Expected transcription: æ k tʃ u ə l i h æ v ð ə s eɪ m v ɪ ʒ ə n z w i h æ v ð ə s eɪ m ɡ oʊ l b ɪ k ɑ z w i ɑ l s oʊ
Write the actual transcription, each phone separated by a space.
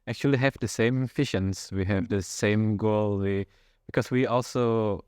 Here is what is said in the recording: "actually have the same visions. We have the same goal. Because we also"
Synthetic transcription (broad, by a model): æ k tʃ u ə l i h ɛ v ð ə s eɪ m f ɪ ʃ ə n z w i h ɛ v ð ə s eɪ m ɡ oʊ l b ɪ k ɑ s w i ɑ l s oʊ